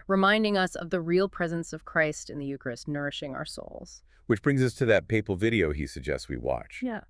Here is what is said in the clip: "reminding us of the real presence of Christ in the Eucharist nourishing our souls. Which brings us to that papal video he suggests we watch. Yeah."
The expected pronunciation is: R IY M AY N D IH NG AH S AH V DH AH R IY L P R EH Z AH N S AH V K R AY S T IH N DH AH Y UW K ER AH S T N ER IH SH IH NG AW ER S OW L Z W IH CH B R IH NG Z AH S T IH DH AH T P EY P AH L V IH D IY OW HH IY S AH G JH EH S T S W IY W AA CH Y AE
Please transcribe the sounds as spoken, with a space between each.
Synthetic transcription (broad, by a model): R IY M AY N D IH NG AH S AH V DH AH R IY L P R EH Z AH N S AH V K R AY S T IH N DH AH Y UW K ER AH S N ER IH SH IH NG AW ER S OW L Z W IH CH B R IH NG Z AH S T IH DH AH T P EY P L V IH D IY OW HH IY S AH G JH EH S T S W IY W AA CH Y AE